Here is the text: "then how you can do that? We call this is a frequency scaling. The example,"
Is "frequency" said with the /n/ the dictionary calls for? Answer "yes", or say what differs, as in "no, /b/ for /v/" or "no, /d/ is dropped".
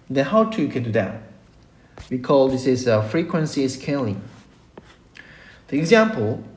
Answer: yes